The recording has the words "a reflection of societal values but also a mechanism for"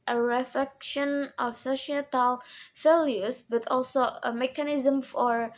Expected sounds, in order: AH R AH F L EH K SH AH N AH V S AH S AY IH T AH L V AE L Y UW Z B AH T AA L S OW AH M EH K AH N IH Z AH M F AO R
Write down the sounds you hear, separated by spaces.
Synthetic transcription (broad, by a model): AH R AH F L EH K SH AH N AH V S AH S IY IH T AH L F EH L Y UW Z B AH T AA L S OW AH M EH K AH N IH Z AH M F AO R